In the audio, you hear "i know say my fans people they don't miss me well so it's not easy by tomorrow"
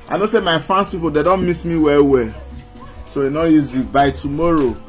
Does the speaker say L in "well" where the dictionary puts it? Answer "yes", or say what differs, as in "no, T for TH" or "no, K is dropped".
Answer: no, W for L